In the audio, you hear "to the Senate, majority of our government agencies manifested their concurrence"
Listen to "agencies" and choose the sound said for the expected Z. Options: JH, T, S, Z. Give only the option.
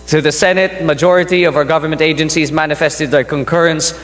Z